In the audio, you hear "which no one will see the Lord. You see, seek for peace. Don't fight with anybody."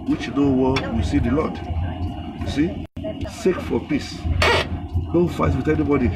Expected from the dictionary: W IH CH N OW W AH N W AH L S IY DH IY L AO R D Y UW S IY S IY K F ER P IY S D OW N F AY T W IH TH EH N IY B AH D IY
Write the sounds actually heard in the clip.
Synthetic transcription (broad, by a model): W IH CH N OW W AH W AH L S IY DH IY L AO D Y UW S IY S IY K F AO P IY S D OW F AY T W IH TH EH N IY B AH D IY